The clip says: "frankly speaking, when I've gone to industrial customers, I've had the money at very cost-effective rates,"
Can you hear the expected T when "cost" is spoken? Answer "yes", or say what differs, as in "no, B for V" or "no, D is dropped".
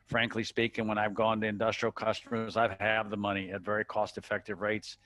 yes